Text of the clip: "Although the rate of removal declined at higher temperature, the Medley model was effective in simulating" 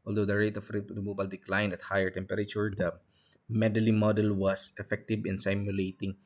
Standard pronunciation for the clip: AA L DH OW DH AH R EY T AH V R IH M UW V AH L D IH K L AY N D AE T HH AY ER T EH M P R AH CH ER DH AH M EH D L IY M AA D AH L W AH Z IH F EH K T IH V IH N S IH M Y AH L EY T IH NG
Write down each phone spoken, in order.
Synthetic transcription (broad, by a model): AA L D OW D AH R EY T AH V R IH M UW B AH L D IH K L AY N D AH T HH AY ER T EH M P R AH CH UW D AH M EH D L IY M AA D AH L W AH S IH F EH K T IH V IH N S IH M Y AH L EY T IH NG